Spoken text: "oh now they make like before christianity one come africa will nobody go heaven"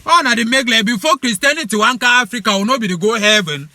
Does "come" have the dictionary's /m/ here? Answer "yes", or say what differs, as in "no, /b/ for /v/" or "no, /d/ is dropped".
no, /m/ is dropped